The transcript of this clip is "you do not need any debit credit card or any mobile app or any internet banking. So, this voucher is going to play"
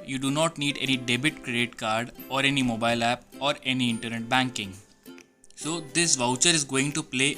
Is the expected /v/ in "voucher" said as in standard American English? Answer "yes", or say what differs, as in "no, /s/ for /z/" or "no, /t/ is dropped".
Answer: yes